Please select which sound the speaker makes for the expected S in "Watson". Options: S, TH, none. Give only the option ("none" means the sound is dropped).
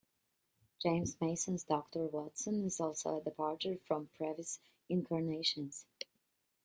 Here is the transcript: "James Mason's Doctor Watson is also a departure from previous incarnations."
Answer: S